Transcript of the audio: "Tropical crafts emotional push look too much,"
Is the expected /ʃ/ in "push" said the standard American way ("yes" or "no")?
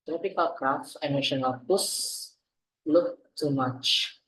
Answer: no